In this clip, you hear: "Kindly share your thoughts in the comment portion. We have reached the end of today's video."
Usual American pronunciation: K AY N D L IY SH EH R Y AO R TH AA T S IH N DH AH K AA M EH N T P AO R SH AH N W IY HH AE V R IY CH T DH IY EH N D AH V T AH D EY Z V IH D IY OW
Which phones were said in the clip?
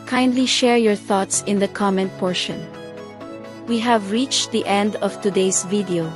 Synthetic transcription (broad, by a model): K AY N D L IY SH EH R Y AO R TH AA T S IH N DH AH K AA M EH N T P AO R SH AH N W IY HH AE V R IY CH T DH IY EH N D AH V T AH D EY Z V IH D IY OW